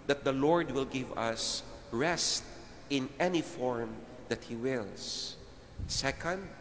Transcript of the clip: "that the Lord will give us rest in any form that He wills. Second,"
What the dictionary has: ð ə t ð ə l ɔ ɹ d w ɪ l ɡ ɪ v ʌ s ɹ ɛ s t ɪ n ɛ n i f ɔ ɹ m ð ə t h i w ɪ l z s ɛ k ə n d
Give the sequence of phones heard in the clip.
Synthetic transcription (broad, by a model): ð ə t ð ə l ɔ ɹ d w ɪ l ɡ ɪ v ʌ s ɹ ɛ s t ɪ n ɛ n i f ɔ ɹ m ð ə t h i w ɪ l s s ɛ k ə n d